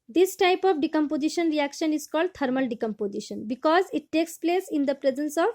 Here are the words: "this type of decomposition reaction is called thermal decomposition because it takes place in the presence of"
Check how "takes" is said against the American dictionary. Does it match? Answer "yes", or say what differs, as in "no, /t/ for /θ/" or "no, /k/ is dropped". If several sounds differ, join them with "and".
yes